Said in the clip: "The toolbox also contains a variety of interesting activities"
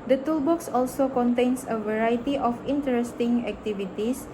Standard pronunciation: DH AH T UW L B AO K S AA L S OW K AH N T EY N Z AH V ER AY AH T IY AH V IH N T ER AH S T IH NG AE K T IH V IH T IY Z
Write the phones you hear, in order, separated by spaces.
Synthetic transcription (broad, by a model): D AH T UW L B AO K S AA L S OW K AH N T EY N S AH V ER AY T IY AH F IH N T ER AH S T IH NG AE K T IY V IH T IY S